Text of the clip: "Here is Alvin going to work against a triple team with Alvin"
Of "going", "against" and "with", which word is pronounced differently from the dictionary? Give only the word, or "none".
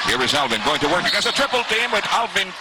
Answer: against